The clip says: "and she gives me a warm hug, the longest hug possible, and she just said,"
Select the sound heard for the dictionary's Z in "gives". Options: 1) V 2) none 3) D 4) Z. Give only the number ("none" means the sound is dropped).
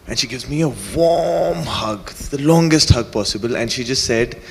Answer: 4